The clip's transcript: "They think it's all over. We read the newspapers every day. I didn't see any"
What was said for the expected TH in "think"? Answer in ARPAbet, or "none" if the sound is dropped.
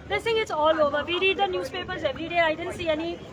S